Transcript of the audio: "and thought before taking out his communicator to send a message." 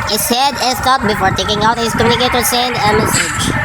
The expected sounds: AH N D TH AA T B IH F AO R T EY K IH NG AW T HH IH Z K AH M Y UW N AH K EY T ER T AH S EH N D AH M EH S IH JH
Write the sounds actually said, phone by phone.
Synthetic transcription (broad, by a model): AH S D T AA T B IH F AO R T EY K IH NG AW T HH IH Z K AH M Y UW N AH K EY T T AH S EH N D AH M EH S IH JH